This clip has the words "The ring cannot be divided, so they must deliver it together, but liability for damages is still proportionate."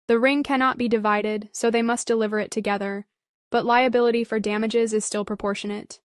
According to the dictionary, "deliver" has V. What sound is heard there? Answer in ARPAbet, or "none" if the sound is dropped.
V